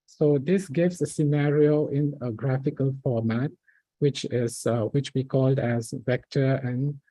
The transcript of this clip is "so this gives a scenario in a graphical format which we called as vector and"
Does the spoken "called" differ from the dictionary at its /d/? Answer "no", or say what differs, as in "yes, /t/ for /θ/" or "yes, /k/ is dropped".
no